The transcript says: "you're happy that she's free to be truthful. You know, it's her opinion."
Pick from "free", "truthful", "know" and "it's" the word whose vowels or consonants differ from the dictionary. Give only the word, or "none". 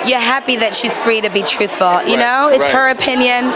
none